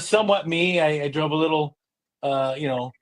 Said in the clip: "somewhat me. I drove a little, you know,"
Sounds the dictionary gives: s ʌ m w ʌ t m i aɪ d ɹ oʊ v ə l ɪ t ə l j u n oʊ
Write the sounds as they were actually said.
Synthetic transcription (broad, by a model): s ʌ m w ʌ t m i aɪ d ɹ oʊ b ə l ɪ t ə j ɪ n oʊ